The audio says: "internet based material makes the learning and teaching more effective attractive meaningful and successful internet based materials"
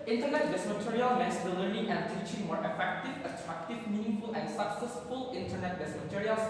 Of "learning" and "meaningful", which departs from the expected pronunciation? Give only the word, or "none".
learning